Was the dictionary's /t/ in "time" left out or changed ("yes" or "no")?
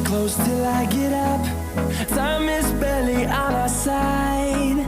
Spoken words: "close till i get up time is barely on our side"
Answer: yes